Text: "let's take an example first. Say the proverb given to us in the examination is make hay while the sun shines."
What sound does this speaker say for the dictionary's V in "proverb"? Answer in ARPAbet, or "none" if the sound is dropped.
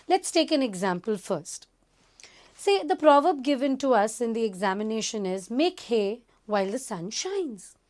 V